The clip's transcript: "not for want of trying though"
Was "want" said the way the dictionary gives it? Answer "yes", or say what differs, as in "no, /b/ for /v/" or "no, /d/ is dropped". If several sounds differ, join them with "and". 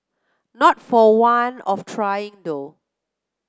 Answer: no, /t/ is dropped